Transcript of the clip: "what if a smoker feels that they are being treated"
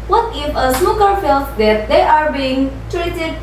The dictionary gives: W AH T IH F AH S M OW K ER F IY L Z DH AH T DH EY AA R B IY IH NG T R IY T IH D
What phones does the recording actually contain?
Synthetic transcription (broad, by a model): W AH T IH F AH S OW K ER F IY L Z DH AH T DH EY AA R B IY IH NG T R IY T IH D